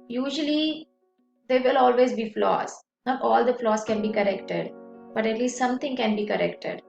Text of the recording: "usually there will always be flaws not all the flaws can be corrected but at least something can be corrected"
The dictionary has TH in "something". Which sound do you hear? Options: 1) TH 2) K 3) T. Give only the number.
3